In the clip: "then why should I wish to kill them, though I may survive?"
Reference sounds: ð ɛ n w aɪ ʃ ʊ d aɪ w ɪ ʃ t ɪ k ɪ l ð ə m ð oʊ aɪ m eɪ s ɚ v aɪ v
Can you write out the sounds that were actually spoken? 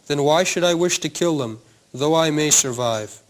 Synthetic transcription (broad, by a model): ð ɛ n w aɪ ʃ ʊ d aɪ w ɪ ʃ t ɪ k ɪ l ð ə m ð oʊ aɪ m eɪ s ɚ v aɪ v